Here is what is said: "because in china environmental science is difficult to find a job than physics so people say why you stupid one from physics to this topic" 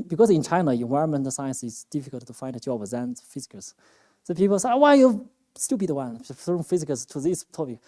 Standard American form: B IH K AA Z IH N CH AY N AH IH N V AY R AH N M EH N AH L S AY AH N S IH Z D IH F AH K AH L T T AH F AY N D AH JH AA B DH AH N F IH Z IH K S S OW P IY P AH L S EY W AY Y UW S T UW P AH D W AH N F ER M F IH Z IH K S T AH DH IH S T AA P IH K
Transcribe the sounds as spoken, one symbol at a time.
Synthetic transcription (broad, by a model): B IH K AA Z IH N CH AY N AH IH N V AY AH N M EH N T S AY AH N S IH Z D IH F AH K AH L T T AH F AY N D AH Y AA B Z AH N F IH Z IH K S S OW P IY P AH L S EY W AY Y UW S T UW B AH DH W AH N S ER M F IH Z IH K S T AH DH IH S T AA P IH K